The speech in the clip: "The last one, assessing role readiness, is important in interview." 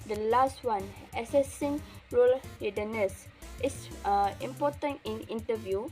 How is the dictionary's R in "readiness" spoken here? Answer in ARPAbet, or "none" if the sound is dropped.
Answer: L